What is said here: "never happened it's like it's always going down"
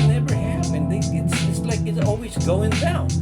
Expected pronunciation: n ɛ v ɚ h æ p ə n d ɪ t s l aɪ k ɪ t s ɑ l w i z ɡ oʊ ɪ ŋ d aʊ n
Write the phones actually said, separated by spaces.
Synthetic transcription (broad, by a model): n ɛ v ɚ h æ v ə n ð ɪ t s l aɪ k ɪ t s ɑ l w i z ɡ oʊ ɪ ŋ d aʊ n